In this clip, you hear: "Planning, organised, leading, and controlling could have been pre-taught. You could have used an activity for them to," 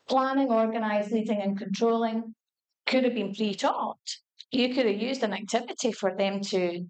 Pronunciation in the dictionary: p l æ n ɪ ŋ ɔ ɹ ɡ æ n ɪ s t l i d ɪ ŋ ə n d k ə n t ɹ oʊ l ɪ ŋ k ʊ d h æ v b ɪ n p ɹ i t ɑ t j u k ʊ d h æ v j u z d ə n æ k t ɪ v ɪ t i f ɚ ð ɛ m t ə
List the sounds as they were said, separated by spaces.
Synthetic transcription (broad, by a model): p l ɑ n ɪ ŋ ɔ ɹ ɡ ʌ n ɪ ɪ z l i d ɪ ŋ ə n k ə n t ɹ oʊ l ɪ ŋ k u d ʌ v b ɪ n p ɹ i t ɑ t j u k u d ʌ v j u z d ə n æ k t ɪ v ɪ t i f ɚ ð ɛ m t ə